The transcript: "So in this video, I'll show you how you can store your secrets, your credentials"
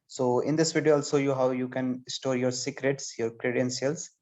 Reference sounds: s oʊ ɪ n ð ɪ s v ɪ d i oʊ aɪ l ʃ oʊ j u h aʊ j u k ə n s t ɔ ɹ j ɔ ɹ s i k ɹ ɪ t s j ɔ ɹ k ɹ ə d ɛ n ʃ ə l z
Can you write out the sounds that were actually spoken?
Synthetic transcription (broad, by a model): s oʊ ɪ n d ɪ s v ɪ d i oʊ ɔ l s oʊ j u h aʊ j u k ə n s t ɔ ɹ j ɔ ɹ s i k ɹ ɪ t s j ɔ ɹ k ɹ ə d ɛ n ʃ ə l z